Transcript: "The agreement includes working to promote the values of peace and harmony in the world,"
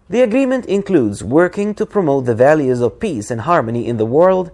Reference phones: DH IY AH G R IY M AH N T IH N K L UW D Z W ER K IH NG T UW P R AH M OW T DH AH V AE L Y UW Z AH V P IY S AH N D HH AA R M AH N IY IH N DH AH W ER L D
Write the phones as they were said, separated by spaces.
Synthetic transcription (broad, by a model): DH IY AH G R IY M AH N T IH N K L UW D Z W ER K IH NG T UW P R AH M OW T DH AH V AE L Y UW Z AH V P IY S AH N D HH AA R M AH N IY IH N DH AH W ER L D